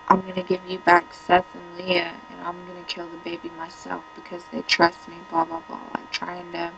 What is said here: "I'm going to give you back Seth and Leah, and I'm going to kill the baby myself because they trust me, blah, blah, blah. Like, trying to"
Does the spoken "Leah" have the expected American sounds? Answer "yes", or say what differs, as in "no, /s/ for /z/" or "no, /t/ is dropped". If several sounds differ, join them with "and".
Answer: yes